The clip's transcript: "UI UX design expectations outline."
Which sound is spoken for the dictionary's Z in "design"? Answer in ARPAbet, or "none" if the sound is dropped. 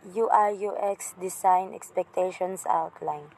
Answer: S